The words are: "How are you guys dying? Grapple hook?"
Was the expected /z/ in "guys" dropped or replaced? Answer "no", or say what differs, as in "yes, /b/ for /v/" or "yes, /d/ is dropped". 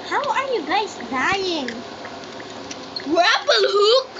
yes, /s/ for /z/